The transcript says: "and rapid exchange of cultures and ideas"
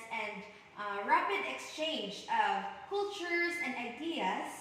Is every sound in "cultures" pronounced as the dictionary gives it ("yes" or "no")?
yes